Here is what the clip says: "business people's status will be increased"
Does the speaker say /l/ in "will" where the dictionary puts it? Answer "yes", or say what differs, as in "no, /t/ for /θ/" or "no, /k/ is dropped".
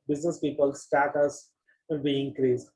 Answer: no, /n/ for /l/